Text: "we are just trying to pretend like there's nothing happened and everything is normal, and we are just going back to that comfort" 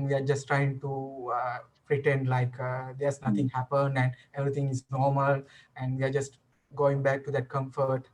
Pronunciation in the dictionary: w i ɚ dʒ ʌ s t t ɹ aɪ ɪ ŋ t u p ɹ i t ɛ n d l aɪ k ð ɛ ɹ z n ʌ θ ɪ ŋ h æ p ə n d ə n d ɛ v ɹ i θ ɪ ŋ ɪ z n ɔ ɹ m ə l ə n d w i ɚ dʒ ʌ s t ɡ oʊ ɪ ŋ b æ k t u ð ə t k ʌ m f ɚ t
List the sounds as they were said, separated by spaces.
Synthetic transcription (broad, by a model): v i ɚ dʒ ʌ s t t ɹ aɪ ɪ ŋ t u p ɹ i t ɛ n d l aɪ k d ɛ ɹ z n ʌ t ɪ ŋ h æ p ə n d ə n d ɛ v ɹ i t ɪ ŋ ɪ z n ɔ ɹ m ə l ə n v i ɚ dʒ ʌ s t ɡ oʊ ɪ ŋ b æ k t u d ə t k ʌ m f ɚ t